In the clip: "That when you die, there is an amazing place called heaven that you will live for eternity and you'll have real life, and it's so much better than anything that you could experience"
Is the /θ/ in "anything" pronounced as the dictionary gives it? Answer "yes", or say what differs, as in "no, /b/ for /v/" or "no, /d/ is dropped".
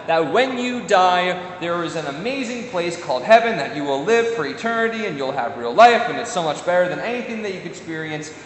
yes